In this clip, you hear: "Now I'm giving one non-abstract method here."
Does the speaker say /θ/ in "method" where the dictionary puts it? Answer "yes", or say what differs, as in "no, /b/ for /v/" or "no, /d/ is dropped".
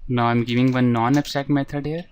no, /t/ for /θ/